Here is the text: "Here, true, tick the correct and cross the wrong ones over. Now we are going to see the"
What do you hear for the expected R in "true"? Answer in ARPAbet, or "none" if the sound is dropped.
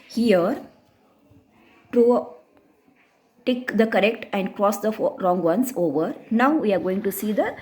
none